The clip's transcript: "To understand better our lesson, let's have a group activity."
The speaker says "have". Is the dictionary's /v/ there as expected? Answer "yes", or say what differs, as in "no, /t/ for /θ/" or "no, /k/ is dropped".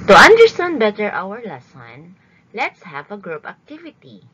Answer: yes